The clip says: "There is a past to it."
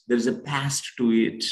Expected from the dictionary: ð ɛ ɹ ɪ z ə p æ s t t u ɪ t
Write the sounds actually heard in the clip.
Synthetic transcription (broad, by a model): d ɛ ɹ ɪ z ə p æ s t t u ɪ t